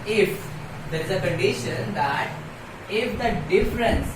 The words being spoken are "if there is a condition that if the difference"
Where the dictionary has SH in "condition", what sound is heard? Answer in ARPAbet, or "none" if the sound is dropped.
SH